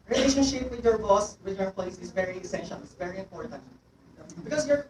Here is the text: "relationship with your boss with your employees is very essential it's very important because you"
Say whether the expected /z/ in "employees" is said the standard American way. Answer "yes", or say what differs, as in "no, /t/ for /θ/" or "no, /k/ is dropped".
no, /s/ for /z/